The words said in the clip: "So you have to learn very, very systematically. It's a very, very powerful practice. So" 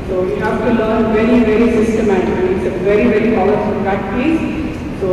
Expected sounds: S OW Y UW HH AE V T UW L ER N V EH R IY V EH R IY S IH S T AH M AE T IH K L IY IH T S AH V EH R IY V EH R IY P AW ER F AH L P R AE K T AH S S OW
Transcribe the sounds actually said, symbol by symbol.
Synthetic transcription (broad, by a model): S OW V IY HH AE V T UW L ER N V EH R IY V EH R IY S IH S T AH M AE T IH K IY IH T S AH V EH R IY V EH R IY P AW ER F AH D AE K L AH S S OW